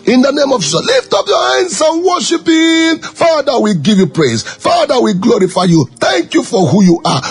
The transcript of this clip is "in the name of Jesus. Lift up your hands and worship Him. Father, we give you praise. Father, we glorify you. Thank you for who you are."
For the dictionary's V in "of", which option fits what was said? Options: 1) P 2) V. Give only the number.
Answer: 2